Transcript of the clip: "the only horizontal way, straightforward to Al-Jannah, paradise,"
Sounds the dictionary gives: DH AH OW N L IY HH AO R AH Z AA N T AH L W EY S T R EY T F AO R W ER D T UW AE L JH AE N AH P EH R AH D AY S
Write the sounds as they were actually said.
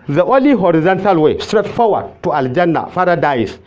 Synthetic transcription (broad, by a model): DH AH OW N L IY HH AO R AH Z AA N T AH L W EY S T R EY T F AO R W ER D T UW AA L JH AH N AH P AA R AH D AY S